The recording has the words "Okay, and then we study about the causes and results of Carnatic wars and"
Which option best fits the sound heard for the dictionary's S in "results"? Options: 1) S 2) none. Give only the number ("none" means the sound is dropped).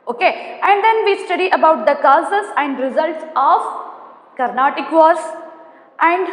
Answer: 1